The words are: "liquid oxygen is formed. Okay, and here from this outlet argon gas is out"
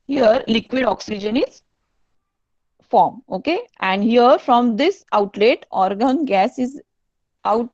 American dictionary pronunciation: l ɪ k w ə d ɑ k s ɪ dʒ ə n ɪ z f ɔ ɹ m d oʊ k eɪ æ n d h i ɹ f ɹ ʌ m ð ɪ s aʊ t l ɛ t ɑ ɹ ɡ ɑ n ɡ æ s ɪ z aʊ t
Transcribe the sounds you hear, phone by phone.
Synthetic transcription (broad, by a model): l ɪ k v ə d ɑ k s ɪ dʒ ə n ɪ z f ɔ ɹ m oʊ k eɪ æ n d h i ɹ f ɹ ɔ m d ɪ s aʊ t l ɛ t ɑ ɹ ɡ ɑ n ɡ æ s ɪ z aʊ t